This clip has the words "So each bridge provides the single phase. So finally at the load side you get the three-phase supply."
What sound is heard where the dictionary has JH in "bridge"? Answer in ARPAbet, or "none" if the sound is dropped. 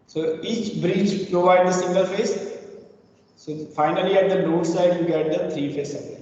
CH